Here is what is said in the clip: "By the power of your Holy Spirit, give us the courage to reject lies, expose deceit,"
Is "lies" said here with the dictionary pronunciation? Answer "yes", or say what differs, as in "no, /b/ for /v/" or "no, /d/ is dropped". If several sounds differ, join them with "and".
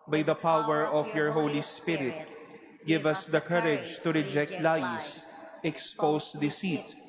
no, /s/ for /z/